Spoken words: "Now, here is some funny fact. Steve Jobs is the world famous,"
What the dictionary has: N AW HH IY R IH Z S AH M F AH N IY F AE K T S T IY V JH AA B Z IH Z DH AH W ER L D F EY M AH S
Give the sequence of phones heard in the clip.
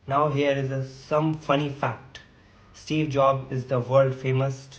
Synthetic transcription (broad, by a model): N AW HH IY R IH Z S AH M F AH N IY F AE K T S T IY V JH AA B IH Z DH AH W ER L D F EY M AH S